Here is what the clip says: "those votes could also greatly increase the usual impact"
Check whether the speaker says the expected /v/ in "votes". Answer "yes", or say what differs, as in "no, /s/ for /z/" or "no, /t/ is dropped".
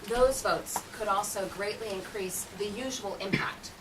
yes